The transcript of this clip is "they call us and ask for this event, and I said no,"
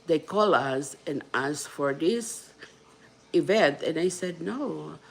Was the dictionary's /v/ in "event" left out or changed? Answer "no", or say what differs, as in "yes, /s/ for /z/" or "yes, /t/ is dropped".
no